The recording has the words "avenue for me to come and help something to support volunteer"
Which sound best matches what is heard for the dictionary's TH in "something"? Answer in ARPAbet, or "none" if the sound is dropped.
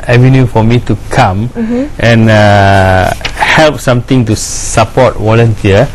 T